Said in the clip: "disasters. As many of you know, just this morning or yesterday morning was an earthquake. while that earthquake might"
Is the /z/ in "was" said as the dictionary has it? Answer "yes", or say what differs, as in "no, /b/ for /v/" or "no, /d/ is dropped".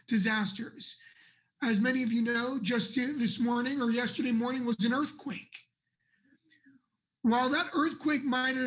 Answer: yes